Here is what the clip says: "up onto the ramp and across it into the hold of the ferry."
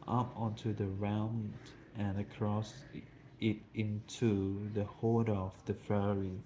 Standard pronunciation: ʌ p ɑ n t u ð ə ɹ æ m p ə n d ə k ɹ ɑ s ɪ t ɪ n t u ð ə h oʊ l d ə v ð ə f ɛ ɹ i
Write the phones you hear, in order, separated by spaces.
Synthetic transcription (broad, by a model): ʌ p ɑ n t u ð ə ɹ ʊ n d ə n ə k ɹ ɑ s ɪ t ɪ n t u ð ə h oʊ d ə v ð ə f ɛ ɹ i